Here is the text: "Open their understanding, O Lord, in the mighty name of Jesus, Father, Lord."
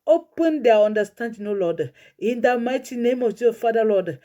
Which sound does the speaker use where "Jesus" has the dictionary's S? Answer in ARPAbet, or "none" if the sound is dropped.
none